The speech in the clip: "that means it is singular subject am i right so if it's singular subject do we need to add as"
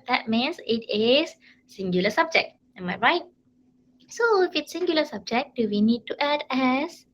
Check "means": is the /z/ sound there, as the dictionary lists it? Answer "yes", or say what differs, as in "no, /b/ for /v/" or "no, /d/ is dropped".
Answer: no, /s/ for /z/